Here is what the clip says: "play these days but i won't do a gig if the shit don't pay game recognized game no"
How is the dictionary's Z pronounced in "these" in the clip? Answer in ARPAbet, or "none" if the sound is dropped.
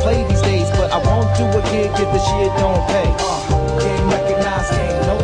Z